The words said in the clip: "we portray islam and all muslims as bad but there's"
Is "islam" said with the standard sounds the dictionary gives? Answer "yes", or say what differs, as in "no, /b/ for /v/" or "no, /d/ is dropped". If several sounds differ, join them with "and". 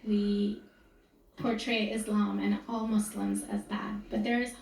yes